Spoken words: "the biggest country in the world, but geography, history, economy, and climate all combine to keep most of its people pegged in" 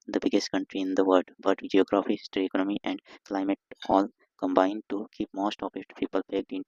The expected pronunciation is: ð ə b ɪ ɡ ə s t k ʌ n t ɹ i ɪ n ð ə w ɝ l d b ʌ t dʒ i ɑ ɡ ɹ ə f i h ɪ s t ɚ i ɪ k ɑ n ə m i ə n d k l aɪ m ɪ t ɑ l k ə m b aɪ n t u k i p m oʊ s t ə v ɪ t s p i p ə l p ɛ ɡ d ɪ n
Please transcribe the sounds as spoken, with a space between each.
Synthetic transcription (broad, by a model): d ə b ɪ ɡ ə s t k ʌ n t ɹ i ɪ n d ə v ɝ d b ʌ t dʒ i ɑ ɡ ɹ ə f i s t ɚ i k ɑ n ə m i ə n d k l aɪ m ɪ t ɑ l k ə m b aɪ n t u k i p m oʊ s t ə p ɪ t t p i p ə l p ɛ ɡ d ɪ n